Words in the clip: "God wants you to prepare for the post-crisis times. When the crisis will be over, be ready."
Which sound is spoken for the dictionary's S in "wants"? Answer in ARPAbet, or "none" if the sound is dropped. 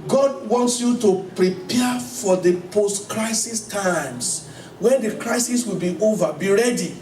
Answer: S